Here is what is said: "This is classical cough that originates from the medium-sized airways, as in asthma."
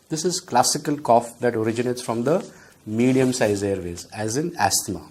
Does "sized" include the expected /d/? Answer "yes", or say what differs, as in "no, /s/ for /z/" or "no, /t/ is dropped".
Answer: no, /d/ is dropped